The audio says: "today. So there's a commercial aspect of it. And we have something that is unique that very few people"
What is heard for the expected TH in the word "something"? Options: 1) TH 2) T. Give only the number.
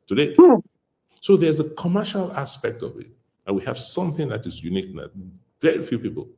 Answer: 1